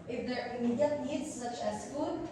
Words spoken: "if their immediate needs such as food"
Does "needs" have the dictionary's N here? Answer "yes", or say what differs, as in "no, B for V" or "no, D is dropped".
no, L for N